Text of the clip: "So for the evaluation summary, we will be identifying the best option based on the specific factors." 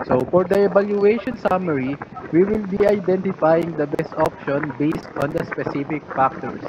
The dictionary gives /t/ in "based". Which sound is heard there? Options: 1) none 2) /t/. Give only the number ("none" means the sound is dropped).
2